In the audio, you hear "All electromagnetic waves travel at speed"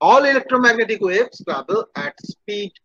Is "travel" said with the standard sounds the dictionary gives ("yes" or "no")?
no